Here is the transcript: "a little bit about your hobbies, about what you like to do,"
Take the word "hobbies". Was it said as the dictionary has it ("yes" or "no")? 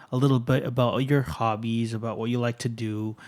yes